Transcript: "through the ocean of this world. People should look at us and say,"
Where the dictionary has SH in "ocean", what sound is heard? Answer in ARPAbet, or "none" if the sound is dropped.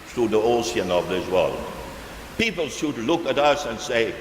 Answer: S